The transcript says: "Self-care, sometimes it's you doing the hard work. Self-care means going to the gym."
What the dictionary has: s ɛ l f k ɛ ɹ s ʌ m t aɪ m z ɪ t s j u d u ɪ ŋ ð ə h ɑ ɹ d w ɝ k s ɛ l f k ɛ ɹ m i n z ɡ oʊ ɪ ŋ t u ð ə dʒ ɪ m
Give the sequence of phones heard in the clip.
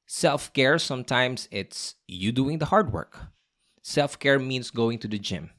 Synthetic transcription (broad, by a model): s ɛ l f k ɛ ɹ s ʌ m t aɪ m s ɪ t s j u d u ɪ ŋ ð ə h ɑ ɹ d w ɝ k s ɛ l f k ɛ ɹ m i n s ɡ oʊ ɪ ŋ t u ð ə dʒ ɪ m